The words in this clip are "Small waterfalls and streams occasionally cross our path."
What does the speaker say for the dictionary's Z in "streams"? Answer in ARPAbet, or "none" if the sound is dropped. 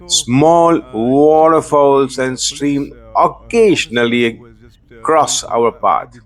none